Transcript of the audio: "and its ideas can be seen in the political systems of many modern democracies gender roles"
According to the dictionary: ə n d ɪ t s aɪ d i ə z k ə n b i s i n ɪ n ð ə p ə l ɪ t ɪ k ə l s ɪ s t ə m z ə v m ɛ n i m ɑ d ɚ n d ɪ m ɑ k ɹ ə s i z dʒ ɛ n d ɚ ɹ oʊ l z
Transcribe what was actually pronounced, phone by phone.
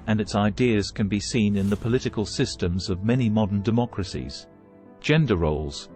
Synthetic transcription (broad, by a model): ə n ɪ t s aɪ d i ə z k ə n b i s i n ɪ n ð ə p ə l ɪ t ɪ k ə l s ɪ s t ə m z ə v m ɛ n i m ɑ d ɚ n d ɪ m ɑ k ɹ ə s i z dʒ ɛ n d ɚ ɹ oʊ l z